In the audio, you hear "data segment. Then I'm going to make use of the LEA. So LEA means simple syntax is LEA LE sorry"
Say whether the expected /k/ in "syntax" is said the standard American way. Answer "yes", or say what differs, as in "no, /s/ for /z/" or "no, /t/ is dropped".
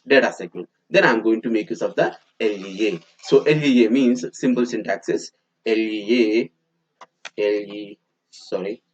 yes